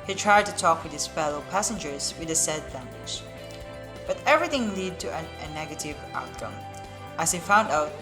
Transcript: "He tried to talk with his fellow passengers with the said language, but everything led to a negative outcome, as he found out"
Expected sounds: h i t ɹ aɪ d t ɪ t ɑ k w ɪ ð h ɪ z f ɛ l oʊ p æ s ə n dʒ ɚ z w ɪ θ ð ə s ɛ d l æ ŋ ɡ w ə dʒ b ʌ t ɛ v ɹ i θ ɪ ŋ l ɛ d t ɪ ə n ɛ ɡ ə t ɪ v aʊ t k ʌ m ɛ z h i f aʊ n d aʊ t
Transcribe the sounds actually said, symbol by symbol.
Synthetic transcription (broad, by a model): h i t ɹ aɪ d t ɪ t ɑ k w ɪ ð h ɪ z f ɛ l oʊ p æ s ə n dʒ ɚ z w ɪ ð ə s ɛ d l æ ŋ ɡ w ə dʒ b ʌ t ɛ v ɹ i θ ɪ ŋ l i d t ɪ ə n ɛ ɡ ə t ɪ v aʊ t k ʌ m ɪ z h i f aʊ n d aʊ t